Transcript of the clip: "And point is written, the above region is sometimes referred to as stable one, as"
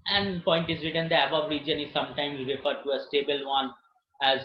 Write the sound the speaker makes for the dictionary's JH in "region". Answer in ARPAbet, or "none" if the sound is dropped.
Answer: JH